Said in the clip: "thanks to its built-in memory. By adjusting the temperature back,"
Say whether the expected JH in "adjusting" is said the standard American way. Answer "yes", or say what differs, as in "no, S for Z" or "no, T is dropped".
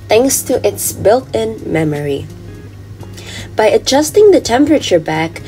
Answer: yes